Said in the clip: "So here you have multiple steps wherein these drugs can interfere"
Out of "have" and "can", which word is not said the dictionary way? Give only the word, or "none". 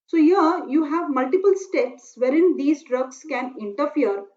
none